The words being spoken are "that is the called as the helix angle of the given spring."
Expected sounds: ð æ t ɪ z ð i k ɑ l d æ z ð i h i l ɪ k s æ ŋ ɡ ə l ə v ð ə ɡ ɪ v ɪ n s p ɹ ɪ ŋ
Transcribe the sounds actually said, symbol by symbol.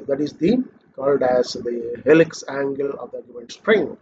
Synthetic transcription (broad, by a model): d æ t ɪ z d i k ɑ l d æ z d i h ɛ l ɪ k s æ ŋ ɡ ə l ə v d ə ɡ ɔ ɪ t s p ɹ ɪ ŋ